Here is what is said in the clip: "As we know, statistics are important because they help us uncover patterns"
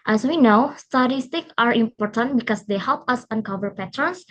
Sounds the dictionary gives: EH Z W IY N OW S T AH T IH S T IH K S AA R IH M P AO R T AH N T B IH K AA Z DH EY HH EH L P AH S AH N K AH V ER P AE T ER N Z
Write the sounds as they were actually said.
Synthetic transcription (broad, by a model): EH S W IY N OW S T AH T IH S T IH K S AA R IH M P AO R T AH N T B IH K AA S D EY HH EH L P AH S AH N K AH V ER P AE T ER N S